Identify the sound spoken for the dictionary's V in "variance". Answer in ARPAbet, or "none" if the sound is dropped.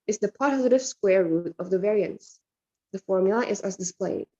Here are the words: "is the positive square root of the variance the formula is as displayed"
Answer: V